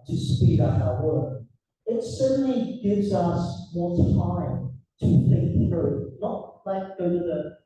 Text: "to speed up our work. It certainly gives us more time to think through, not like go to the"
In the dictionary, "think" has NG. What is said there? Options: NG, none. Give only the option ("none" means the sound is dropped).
none